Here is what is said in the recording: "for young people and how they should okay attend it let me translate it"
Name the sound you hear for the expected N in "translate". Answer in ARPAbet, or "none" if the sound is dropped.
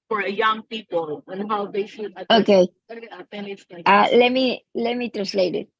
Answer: N